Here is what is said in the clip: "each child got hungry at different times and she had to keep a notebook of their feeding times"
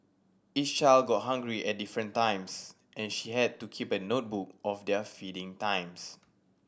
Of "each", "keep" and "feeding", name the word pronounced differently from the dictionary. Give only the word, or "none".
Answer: each